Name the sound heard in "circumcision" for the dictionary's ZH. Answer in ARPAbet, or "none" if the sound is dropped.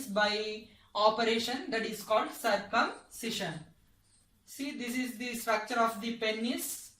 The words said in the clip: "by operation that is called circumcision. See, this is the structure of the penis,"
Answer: SH